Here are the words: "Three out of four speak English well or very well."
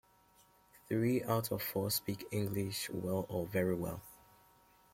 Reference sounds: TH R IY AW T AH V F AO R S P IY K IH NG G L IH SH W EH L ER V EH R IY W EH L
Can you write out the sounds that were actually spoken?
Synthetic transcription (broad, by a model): TH R IY AW T AH V F AO S P IY K IH NG G L IH SH W EH L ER V EH R IY W EH L